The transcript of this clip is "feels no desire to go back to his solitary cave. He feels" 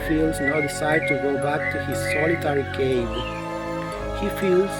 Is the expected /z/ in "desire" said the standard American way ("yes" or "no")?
no